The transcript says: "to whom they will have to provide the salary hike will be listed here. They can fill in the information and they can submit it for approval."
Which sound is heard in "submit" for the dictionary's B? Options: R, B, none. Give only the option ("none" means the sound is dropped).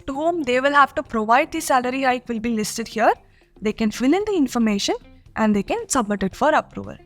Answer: B